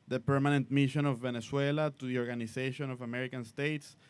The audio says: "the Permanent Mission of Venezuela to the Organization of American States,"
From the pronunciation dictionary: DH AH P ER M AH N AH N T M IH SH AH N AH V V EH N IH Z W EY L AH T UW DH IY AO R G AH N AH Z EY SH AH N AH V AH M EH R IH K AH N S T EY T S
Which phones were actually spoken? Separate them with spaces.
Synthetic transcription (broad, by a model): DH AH P ER M AH N AH N T M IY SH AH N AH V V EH N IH S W EY L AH T UW DH IY AO R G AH N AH S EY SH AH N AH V AH M EH R IH K AH N S T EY T S